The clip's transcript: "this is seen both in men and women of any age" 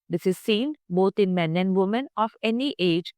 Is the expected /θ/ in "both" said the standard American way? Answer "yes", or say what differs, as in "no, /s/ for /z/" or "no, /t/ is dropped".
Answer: no, /t/ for /θ/